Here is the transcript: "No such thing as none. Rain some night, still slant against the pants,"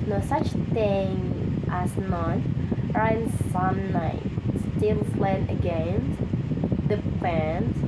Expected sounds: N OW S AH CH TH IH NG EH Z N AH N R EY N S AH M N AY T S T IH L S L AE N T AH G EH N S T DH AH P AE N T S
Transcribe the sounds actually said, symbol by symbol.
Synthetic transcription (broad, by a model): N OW S AH CH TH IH NG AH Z N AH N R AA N S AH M N AY T S T IH L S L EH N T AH G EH N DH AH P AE N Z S